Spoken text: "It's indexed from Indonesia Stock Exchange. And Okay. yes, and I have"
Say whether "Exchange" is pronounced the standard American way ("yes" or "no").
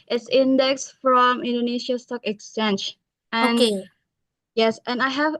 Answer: no